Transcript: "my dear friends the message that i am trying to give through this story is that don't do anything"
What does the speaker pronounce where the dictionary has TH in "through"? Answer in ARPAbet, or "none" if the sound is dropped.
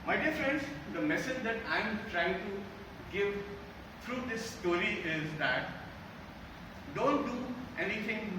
T